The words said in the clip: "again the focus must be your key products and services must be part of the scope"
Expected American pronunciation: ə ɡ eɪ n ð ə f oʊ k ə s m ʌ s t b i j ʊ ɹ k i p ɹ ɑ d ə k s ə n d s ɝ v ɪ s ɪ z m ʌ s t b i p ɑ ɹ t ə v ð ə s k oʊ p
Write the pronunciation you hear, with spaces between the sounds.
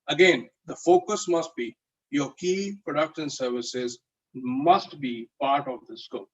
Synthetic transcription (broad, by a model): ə ɡ eɪ n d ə f oʊ k ə s m ʌ s t b i j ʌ ɹ k i p ɹ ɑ d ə k ʃ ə n s ɝ v ɪ s ɪ z m ʌ s t b i p ɑ ɹ t ə v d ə s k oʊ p